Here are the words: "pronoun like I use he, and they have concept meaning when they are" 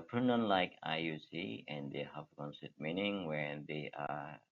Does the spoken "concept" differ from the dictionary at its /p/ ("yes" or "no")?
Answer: yes